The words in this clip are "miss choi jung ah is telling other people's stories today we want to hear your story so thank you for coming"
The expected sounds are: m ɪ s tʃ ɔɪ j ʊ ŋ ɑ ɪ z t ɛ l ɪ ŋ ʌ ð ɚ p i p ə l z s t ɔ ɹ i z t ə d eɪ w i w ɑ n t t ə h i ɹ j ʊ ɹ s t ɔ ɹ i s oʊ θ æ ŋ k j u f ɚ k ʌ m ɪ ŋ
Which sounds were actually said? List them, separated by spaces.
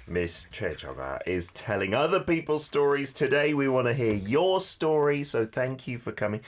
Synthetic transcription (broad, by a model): m ɪ s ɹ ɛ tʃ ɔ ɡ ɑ ɪ z t ɛ l ɪ ŋ ʌ ð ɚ p i p ə l z s t ɔ ɹ i z t ə d eɪ w i w ɑ n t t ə h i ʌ j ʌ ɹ s t ɔ ɹ i s oʊ θ æ ŋ k j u f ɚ k ʌ m ɪ ŋ